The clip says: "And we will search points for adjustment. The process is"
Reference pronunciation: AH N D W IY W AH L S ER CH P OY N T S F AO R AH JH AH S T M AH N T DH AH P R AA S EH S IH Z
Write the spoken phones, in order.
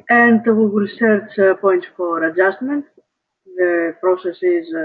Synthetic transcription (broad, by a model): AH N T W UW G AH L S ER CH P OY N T F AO R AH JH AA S T M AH N T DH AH P R AA S EH S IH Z